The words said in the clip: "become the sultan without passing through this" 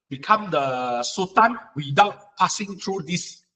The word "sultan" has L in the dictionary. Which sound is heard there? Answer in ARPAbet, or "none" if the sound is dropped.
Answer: none